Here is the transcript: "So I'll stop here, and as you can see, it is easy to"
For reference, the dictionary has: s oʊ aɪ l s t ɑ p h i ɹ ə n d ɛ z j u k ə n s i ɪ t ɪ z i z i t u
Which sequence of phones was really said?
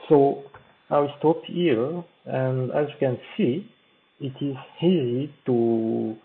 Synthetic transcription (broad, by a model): s oʊ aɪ w s t ɑ p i l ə n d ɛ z j u k ə n s i ɪ t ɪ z i z i t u